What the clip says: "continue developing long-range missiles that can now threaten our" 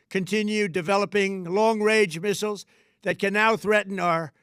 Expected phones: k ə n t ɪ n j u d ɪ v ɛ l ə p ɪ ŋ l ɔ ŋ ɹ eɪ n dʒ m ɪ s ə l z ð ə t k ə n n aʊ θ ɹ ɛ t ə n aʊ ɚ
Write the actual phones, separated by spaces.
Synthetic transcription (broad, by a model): k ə n t ɪ n j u d ɪ v ɛ l ə p ɪ ŋ l ɔ ŋ ɹ eɪ dʒ m ɪ s l z ð ə t k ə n n aʊ θ ɹ ɛ t n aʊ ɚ